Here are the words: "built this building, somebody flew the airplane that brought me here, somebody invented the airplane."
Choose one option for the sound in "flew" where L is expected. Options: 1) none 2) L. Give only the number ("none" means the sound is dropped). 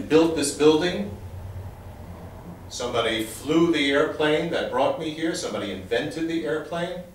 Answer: 2